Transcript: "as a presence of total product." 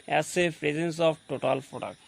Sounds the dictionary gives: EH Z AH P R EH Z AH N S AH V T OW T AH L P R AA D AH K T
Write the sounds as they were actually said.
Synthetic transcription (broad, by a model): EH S AH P R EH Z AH N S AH B T OW T AH L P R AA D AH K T